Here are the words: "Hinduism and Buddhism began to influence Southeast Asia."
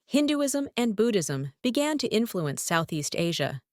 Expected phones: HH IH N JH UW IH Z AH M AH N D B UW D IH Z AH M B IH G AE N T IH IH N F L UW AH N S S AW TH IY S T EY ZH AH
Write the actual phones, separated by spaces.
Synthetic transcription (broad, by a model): HH IH N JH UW IH Z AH M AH N B UW D IH Z AH M B IH G AE N T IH IH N F L UW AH N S S AW TH IY S T EY ZH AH